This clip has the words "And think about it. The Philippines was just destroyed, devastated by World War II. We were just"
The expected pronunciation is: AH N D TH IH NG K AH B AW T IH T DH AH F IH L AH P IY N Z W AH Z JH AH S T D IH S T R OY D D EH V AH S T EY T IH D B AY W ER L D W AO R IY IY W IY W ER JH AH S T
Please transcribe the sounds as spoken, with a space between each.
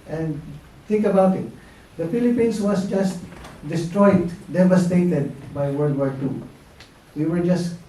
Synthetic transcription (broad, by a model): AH N D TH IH NG K AH B AW T IH T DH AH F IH L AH P IY N S W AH S JH AH S T D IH S T R OY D D EH V AH S T EY T IH D B AY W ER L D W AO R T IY W IY W ER JH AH S T